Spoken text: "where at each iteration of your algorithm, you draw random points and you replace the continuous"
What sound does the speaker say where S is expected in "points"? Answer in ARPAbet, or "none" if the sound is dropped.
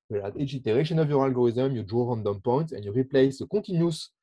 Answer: none